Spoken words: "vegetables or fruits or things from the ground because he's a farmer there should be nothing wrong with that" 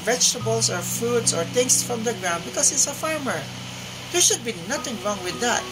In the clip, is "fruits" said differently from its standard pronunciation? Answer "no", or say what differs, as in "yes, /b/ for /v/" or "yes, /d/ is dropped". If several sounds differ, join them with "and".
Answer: yes, /ɹ/ is dropped